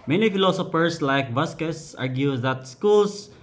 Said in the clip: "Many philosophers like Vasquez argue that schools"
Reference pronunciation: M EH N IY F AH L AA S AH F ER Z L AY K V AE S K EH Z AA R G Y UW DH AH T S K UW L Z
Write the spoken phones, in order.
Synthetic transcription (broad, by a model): M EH N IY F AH L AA S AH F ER S L AY K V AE S K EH S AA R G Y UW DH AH T S K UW L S